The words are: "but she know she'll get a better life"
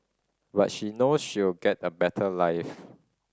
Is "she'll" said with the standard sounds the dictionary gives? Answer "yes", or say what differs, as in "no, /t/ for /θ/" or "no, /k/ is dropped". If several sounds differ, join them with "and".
no, /w/ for /l/